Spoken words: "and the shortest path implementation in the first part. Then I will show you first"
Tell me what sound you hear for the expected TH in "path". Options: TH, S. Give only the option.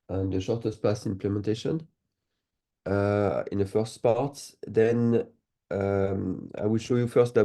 S